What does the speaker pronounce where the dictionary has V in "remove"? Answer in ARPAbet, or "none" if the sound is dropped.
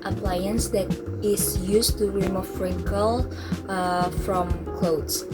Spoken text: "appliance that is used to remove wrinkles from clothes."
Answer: F